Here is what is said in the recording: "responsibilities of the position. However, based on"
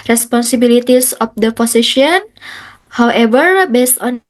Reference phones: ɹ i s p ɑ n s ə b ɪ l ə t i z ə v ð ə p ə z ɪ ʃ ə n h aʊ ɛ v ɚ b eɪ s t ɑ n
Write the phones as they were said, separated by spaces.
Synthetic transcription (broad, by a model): ɹ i s p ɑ n s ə b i l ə t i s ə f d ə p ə s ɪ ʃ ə n h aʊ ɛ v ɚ b eɪ s t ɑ n